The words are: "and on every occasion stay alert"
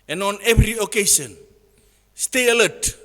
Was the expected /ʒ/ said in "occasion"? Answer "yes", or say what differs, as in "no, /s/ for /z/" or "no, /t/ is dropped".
no, /s/ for /ʒ/